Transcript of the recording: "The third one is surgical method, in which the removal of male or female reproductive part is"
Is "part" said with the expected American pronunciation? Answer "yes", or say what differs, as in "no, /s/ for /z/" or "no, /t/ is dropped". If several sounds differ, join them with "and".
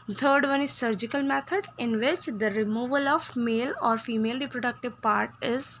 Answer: yes